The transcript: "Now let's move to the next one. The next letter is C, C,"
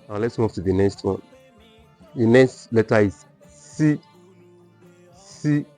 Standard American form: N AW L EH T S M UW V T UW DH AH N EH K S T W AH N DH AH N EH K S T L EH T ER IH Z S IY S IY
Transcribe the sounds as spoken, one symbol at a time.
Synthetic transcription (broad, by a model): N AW L EH T S M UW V T UW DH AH N EH K S T W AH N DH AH N EH K S T L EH T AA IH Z S IY S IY